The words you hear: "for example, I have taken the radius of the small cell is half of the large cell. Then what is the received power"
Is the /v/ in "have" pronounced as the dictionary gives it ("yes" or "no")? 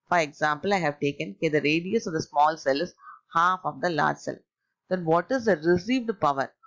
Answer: yes